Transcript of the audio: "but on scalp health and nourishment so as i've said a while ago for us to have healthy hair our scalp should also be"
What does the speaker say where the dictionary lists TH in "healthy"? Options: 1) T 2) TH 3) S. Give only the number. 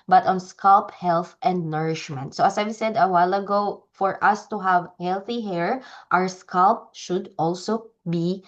2